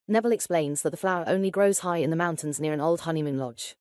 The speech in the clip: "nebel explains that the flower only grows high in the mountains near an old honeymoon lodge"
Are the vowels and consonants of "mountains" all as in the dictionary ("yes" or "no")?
yes